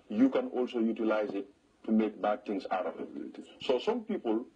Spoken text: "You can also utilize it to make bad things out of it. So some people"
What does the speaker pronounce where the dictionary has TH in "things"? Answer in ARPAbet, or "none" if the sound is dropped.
T